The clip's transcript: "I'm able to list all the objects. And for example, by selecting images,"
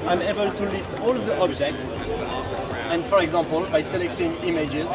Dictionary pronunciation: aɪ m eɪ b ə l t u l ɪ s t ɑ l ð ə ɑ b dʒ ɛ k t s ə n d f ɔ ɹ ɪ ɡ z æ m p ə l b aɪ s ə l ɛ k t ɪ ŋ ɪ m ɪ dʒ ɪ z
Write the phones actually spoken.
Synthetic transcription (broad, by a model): aɪ m eɪ b ə l t u l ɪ s t ɑ l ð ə ɑ b dʒ ɛ k t s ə n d f ɔ ɹ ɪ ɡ z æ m p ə l b aɪ s ə l ɛ k t ɪ ŋ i m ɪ dʒ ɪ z